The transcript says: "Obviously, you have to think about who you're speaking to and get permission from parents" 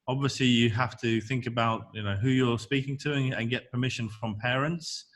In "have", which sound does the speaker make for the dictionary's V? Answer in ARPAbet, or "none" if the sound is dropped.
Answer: F